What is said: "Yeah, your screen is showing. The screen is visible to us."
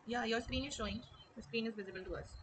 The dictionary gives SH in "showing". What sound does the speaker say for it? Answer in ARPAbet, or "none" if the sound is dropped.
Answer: SH